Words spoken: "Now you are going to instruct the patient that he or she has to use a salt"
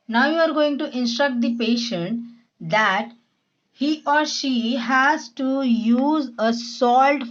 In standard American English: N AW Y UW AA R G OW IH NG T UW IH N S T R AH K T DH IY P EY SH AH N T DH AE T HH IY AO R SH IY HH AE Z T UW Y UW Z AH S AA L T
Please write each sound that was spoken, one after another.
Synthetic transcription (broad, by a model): N AW Y UW AA R G OW IH NG T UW IH N S T R AH K T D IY P EY SH AH N T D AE T HH IY AO R SH IY HH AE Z T UW Y UW Z AH S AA L T